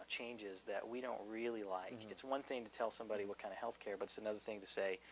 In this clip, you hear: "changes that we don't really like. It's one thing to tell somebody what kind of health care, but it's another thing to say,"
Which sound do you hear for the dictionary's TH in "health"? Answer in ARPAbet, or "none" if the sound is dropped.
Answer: TH